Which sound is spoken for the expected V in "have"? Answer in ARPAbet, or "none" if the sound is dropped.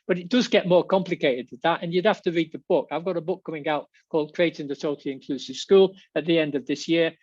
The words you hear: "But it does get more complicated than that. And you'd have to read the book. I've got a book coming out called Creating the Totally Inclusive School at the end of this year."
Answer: F